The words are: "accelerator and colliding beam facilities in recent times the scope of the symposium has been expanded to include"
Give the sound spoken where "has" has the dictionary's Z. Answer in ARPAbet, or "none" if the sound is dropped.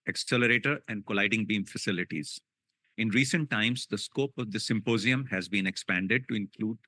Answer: Z